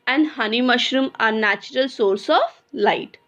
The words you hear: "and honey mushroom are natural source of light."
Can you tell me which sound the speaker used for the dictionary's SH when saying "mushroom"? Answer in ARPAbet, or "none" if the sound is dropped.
SH